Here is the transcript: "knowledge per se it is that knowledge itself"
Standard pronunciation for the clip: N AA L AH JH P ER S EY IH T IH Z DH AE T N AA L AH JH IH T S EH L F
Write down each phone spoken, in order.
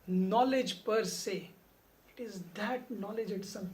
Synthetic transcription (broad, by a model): N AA L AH JH P ER S EY IH T IH Z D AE T N AA L AH JH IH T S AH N